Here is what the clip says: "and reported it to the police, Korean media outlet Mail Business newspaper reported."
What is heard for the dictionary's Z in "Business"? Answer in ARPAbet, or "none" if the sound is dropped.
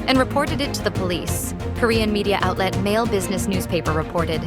Z